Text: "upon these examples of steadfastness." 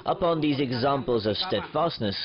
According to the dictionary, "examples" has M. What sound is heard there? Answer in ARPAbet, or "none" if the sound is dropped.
M